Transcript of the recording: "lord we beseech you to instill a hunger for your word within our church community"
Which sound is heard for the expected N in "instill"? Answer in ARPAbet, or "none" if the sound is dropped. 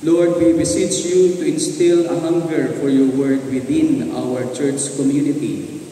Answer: N